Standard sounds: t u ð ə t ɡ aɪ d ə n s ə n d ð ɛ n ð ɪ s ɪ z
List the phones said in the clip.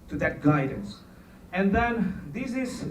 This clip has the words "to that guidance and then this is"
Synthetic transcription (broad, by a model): t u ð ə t ɡ aɪ d ə n s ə n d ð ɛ n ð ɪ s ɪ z